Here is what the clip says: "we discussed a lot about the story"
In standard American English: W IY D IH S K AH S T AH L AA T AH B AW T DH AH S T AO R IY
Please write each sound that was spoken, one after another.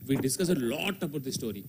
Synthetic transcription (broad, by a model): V IY D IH S K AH S AH L AA T AH B AW T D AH S T AO R IY